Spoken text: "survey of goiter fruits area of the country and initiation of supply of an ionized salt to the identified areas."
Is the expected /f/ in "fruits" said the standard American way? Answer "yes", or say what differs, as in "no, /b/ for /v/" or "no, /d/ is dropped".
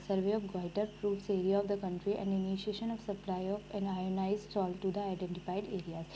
no, /p/ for /f/